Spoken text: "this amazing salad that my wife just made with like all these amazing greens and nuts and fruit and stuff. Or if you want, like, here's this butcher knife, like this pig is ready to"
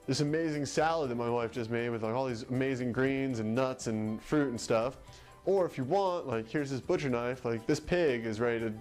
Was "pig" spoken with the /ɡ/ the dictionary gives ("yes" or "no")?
yes